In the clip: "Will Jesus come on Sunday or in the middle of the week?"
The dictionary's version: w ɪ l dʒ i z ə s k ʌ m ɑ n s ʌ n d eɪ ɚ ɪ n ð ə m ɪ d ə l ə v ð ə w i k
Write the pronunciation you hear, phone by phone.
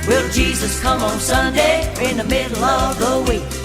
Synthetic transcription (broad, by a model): w ɪ l dʒ i z ə s k ʌ m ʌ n s ʌ n d eɪ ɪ ɪ n ð ə m ɪ d l ə v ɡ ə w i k